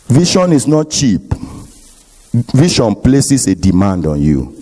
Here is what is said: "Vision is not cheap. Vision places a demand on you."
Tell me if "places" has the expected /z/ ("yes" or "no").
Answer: no